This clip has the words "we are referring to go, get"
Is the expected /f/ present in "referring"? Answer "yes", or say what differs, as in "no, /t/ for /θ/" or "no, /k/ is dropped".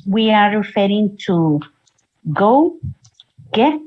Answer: yes